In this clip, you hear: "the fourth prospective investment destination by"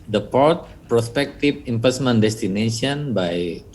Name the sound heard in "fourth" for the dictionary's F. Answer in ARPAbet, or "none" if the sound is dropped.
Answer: P